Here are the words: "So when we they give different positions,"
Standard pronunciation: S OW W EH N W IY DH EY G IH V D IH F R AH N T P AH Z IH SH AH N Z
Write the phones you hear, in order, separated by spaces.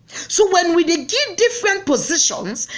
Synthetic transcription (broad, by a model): S OW W EH N W IY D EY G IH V D IH F R AH N T P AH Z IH SH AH N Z